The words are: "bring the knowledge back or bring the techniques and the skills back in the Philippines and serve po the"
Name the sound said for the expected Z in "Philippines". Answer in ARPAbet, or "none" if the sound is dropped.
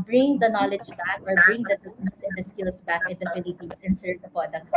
S